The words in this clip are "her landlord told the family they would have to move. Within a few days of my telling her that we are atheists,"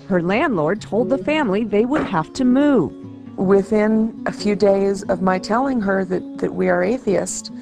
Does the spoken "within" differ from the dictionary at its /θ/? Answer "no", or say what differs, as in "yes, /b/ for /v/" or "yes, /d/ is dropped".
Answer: no